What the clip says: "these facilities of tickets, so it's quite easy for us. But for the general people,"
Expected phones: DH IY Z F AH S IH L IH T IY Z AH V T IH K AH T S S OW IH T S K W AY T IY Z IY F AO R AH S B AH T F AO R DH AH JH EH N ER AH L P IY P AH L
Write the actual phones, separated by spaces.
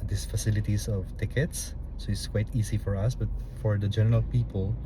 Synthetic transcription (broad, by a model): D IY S F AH S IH L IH T IY S AH V T IH K AH T S S OW IH T S K W AY T IY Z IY F AO R AH S B AH T F AO R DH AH JH EH N ER AH L P IY P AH L